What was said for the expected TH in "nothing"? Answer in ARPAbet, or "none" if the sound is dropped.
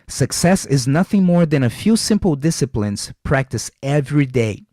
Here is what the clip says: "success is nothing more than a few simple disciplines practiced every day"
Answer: TH